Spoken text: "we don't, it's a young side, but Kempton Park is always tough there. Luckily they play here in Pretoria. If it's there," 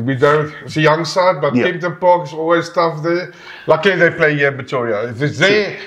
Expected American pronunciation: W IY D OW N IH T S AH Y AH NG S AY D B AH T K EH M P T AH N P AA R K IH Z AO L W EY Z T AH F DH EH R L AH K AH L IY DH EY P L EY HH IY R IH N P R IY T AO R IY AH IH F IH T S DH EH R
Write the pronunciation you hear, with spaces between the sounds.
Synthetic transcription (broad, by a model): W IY D OW N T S AH Y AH NG S AY D B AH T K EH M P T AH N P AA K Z AO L W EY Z T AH F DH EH L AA AH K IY DH EY P L EY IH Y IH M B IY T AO R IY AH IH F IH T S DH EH